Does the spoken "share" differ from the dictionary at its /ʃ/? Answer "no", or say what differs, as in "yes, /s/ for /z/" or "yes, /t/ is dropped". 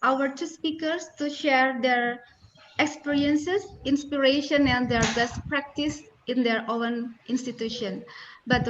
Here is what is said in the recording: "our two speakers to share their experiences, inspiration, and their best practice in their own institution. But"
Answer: no